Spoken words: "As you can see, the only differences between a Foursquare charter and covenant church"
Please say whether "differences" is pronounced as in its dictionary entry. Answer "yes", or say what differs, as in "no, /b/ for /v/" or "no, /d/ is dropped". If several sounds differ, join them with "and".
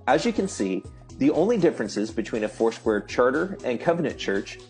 yes